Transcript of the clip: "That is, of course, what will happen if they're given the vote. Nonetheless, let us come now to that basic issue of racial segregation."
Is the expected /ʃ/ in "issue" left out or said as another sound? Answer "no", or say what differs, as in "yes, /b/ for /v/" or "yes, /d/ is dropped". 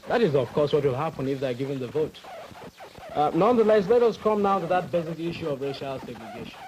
no